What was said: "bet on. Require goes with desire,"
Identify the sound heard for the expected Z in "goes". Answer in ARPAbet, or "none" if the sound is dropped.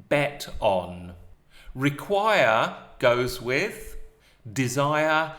Z